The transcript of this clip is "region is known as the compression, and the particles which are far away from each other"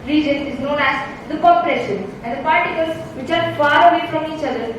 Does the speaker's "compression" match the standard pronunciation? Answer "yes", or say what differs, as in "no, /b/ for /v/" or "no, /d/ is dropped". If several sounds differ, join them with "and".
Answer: no, /m/ is dropped